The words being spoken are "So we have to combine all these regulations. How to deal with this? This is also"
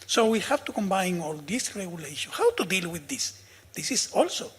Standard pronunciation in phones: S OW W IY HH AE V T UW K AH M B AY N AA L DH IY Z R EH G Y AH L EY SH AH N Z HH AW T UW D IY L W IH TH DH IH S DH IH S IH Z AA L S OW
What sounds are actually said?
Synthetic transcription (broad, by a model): S OW W IY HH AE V T UW K AH M B AY N AA L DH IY S R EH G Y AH L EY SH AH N HH AW T UW D IY L W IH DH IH S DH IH S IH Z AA L S OW